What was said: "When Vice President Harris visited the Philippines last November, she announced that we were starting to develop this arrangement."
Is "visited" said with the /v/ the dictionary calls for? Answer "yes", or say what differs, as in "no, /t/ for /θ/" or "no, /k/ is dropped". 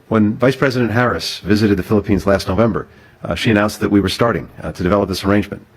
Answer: yes